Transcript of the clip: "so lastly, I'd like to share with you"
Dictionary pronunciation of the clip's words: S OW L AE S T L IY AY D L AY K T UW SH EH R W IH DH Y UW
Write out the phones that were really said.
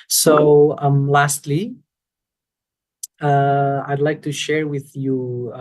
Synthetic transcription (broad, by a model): S OW L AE S T L IY AY D L AY K T UW SH EH R W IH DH Y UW